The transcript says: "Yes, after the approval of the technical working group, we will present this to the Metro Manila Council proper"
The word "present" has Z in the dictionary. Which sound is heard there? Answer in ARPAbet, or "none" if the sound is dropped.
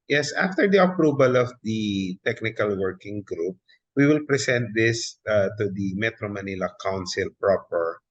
S